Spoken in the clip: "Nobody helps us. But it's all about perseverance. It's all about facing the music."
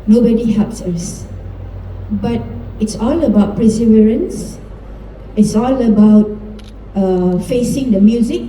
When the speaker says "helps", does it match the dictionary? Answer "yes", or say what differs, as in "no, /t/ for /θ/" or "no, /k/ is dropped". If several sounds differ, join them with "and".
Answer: yes